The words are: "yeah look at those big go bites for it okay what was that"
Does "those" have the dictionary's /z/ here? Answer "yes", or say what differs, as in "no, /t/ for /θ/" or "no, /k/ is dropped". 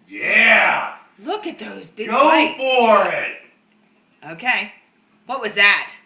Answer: yes